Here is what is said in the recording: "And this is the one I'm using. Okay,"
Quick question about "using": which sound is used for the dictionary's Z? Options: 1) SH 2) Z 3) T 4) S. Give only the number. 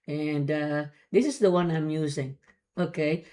2